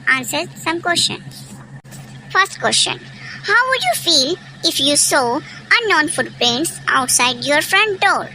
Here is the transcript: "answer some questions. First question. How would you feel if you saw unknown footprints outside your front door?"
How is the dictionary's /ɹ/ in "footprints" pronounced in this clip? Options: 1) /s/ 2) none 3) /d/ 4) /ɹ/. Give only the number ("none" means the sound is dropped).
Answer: 2